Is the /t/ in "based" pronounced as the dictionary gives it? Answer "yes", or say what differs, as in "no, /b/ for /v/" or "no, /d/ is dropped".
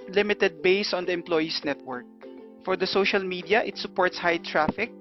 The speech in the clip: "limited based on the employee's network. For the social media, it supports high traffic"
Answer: no, /t/ is dropped